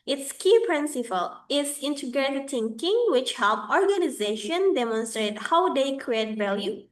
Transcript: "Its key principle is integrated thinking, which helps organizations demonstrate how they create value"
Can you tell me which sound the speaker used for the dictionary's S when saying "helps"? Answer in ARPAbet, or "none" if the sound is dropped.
none